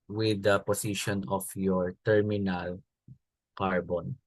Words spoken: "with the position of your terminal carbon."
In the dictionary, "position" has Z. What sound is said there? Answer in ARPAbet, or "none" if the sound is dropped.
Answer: S